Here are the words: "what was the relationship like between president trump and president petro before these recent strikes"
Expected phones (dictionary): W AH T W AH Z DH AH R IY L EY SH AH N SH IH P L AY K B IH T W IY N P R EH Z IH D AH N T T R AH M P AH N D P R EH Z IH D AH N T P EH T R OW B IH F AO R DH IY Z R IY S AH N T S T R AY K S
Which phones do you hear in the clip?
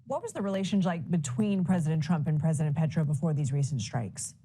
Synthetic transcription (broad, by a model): W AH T W AH Z DH AH R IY L EY SH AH N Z L AY K B IH T W IY N P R EH Z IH D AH N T T R AH M P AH N P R EH Z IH D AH N P EH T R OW B IH F AO R DH IY Z R IY S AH N T S T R AY K S